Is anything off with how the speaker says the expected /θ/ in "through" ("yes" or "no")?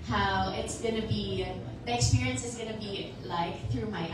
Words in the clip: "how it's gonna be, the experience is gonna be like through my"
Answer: no